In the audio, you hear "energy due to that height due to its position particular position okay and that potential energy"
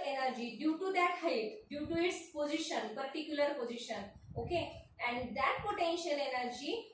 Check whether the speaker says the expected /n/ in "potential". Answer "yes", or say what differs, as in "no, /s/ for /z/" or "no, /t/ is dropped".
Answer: yes